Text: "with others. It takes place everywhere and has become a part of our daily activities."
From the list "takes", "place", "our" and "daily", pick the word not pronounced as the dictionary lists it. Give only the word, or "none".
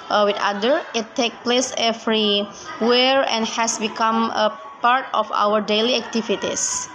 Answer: takes